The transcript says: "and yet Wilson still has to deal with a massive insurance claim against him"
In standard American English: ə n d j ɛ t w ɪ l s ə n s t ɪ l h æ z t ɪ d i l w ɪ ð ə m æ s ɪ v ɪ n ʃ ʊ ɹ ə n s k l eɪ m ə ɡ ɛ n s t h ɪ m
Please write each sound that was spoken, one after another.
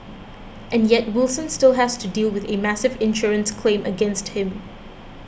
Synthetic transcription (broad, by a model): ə n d j ɛ t w ɪ l s ə n s t ɪ l h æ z t ɪ d i l w ɪ ð ə m æ s ɪ v ɪ n ʃ ʊ ɹ ə n s k l eɪ m ə ɡ ɛ n s t h ɪ m